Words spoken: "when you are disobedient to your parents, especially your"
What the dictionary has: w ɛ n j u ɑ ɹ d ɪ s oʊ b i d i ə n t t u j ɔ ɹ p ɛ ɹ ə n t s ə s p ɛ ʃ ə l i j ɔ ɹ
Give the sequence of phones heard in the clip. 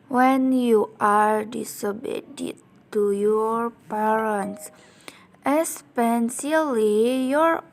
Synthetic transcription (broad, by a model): w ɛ n j u ɑ ɹ d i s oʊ b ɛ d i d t t u j ɔ ɹ p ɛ ɹ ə n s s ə s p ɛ s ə l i j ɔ ɹ